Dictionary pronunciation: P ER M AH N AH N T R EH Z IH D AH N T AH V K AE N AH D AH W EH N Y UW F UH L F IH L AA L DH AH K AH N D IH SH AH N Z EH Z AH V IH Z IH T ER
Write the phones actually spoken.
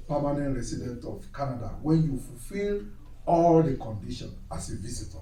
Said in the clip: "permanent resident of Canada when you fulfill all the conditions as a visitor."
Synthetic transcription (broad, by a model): P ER M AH N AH N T R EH S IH D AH N T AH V K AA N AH D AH W EH N Y UW F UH L F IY L AA L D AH K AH N D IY SH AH N AA S AH V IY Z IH T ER